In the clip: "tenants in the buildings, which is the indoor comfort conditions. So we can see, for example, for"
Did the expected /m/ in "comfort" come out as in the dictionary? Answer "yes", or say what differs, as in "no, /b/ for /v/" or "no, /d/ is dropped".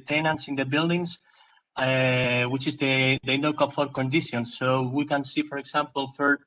no, /m/ is dropped